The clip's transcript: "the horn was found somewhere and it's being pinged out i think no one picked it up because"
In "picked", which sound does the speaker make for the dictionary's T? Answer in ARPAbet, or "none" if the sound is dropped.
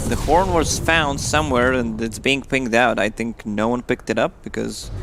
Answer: T